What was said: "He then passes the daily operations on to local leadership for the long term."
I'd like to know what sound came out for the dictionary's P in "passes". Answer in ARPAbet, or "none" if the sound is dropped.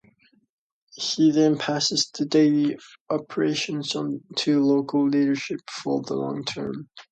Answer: P